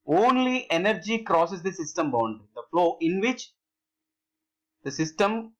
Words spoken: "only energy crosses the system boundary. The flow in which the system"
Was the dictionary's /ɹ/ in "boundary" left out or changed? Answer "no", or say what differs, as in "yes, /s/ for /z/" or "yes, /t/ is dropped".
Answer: yes, /ɹ/ is dropped